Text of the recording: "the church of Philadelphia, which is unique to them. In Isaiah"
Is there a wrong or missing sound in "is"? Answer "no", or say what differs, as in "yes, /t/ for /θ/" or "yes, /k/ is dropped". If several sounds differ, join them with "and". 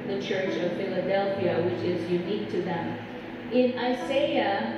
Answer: no